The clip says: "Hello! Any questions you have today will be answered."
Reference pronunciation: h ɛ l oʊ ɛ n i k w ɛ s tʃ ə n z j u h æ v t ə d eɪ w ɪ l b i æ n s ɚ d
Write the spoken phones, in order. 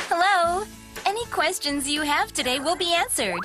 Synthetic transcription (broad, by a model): h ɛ l oʊ ɛ n i k w ɛ s tʃ ə n z j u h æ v t ə d eɪ w ɪ l b i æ n s ɚ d